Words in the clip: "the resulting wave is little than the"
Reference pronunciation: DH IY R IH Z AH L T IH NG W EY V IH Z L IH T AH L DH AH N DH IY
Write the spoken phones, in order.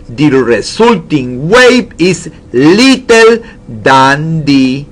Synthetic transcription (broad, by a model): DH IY R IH S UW L T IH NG W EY B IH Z L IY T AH L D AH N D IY